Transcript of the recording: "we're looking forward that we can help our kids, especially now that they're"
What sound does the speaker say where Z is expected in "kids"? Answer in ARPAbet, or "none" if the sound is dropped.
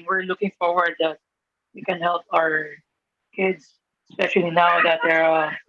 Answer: S